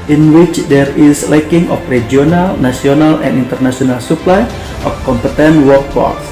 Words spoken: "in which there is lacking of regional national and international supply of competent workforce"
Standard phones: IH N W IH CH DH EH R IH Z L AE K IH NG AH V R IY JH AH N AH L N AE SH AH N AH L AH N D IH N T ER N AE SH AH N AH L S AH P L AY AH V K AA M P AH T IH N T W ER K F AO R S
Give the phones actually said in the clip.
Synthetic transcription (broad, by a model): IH N W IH CH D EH R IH S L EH K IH NG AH F R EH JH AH N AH L N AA S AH N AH L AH N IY N T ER N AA S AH N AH L S AH P L AY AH F K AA M P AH T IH N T W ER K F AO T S